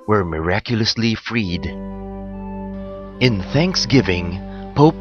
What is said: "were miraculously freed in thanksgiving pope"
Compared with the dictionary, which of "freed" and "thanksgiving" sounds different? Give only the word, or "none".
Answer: none